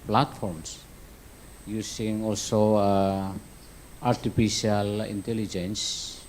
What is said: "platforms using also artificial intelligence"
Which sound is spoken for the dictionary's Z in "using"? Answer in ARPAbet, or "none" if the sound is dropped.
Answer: S